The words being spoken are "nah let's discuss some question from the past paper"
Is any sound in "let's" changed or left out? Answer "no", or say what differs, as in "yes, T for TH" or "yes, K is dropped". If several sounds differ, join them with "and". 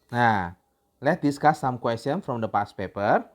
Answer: yes, S is dropped